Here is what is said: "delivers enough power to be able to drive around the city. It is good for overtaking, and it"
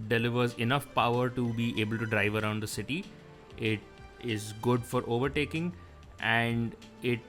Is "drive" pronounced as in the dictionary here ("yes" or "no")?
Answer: yes